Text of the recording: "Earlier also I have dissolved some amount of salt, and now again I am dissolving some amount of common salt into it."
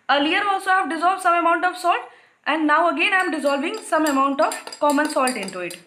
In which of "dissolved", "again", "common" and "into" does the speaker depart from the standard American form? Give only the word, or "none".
none